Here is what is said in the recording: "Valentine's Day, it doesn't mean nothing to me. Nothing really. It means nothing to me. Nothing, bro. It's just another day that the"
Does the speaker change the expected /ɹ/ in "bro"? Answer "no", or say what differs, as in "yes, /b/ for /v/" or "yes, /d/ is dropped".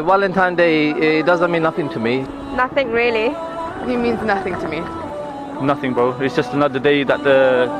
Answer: yes, /ɹ/ is dropped